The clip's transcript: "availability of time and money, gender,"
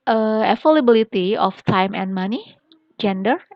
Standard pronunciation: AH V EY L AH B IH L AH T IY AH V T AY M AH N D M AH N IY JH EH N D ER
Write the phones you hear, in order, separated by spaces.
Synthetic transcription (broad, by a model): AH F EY L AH B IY L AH T IY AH F T AY M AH N M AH N IY JH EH N D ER